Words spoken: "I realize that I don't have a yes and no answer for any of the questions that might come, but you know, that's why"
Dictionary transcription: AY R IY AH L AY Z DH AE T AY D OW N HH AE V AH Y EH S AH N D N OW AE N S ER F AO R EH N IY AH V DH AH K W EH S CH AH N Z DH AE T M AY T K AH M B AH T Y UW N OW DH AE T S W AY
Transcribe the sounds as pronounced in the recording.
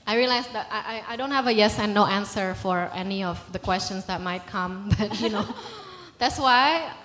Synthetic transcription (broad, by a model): AY R IY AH L AY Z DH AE T AY D OW N HH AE V AH Y EH S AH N N OW AE N S ER F AO R EH N IY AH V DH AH K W EH S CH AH N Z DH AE T M AY T K AH M B AH T Y UW N OW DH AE T S W AY